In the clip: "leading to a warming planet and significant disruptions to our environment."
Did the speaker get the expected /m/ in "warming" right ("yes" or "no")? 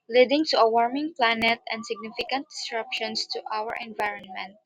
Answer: yes